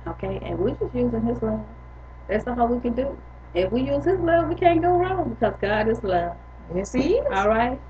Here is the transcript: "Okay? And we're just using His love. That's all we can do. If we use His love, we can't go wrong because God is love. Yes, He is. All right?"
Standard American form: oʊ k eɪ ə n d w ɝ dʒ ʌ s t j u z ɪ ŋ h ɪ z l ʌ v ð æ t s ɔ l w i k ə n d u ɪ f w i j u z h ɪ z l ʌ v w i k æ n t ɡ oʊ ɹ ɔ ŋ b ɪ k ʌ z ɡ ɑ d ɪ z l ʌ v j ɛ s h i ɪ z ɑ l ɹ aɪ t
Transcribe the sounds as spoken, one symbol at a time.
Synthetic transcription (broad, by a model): oʊ k eɪ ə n w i dʒ ʌ s t j u z ɪ ŋ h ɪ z l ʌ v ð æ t s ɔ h w i k ə n d u ɪ f w i j u z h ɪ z l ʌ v w i k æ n ɡ oʊ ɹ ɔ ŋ b ɪ k ʌ z ɡ ɑ d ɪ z l ʌ v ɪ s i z ɑ l ɹ aɪ t